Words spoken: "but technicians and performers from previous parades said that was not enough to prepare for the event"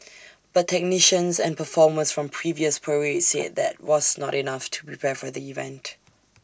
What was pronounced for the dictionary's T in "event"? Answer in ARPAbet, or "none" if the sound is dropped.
T